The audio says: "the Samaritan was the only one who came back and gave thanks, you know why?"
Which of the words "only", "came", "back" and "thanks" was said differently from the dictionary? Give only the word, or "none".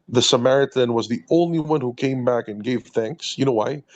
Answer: none